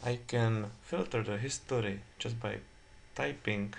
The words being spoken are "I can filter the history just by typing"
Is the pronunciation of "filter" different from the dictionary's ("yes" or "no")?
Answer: no